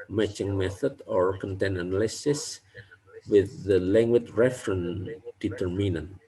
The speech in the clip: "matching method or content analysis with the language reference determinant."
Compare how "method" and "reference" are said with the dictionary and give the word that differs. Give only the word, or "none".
reference